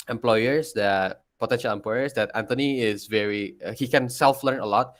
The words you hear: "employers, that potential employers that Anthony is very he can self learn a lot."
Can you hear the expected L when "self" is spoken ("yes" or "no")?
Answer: yes